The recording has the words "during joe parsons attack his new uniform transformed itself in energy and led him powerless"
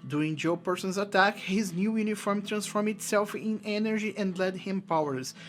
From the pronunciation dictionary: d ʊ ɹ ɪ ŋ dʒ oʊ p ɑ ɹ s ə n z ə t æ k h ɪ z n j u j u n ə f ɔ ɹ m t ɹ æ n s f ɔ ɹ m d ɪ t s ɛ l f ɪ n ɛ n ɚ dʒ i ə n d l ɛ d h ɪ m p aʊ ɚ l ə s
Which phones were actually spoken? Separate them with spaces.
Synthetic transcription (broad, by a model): d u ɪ ŋ dʒ oʊ p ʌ ɹ s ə n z ə t æ k h ɪ z n j u j u n ə f ɔ ɹ m t ɹ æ n s f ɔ ɹ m ɪ t s ɛ l f ɪ n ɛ n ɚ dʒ i ə n d l ɛ d h ɪ m p aʊ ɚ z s